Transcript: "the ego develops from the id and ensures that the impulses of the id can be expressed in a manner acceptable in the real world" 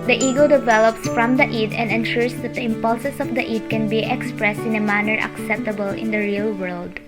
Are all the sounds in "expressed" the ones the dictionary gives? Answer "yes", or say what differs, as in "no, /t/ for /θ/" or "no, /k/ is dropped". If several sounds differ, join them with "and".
yes